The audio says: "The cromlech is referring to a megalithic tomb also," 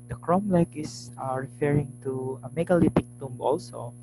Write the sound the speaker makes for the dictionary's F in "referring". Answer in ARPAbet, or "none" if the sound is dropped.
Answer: F